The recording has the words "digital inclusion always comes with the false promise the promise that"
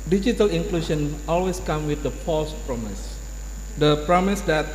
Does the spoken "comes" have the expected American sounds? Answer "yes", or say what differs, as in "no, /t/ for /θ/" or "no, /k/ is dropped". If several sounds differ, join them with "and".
no, /z/ is dropped